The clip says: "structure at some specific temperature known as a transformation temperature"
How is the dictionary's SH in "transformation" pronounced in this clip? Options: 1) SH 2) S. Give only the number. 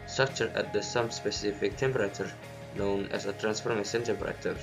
2